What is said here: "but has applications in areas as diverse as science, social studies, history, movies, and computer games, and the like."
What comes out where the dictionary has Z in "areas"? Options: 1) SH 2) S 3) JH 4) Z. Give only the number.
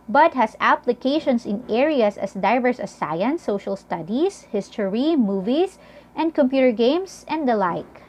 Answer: 2